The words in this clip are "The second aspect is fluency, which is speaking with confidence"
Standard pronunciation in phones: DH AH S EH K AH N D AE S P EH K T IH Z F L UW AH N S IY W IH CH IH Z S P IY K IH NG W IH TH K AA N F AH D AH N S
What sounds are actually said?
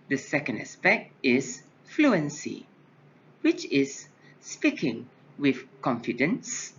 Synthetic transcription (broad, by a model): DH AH S EH K AH N D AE S P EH K T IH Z F L UW AH N S IY W IH CH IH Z S P IY K IH NG W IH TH K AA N F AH D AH N S